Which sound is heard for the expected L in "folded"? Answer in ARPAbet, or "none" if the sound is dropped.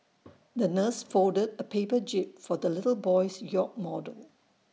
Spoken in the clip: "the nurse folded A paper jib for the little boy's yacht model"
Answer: none